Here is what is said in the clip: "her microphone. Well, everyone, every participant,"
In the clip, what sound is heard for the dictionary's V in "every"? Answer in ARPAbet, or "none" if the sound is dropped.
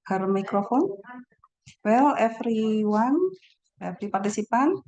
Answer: F